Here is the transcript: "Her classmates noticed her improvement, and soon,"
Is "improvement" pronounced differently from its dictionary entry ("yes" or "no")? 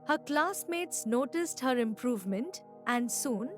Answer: no